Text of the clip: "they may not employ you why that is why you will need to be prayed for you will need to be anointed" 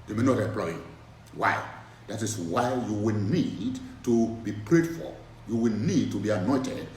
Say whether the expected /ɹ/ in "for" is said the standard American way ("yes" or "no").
no